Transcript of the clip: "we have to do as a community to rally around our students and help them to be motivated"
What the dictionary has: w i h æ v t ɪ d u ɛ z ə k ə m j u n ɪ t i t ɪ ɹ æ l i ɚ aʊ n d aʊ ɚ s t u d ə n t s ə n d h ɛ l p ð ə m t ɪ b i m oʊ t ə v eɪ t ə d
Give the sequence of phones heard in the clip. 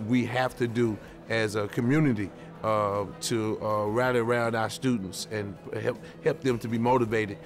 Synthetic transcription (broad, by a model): w i h æ f t ɪ d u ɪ z ə k ə m j u n ɪ t i t ɪ ɹ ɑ i ɚ aʊ n d aʊ ɚ s t u d n t s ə n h h ɛ l p ð ə m t ɪ b i m oʊ t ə v eɪ t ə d